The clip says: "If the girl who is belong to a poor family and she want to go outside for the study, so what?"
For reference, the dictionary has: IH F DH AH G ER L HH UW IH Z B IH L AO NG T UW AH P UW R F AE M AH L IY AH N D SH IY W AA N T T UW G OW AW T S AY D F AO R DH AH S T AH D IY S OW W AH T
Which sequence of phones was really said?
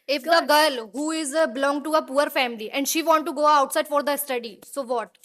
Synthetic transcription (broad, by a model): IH F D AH G ER L HH UW IH Z B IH L AO NG T UW AH P UW R F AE M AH L IY AH N D SH IY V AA N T T UW G OW AW T S AY D F AO R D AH S T AH D IY S OW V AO T